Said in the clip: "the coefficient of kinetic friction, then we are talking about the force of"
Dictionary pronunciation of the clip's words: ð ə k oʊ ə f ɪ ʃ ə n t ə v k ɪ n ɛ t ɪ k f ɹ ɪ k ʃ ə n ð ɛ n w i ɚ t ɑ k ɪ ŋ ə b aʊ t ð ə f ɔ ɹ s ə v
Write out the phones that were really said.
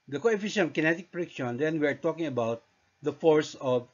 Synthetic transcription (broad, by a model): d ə k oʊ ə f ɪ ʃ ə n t k ɪ n ɛ t ɪ k p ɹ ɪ k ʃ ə n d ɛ n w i ɚ t ɑ k ɪ ŋ ə b aʊ t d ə f ɔ ɹ s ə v